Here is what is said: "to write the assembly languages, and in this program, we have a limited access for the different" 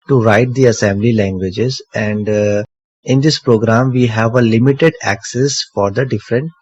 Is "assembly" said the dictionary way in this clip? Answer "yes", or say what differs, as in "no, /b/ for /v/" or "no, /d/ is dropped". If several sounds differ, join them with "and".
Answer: yes